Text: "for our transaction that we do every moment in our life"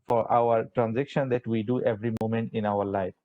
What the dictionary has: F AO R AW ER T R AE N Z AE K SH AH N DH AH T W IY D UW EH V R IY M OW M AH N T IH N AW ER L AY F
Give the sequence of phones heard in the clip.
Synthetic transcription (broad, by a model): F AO R AW ER T R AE N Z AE K SH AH N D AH T W IY D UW EH V R IY M OW M AH N T IH N AW ER L AY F